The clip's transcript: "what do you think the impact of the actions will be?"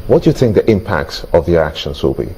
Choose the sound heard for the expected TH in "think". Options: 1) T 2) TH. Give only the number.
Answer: 2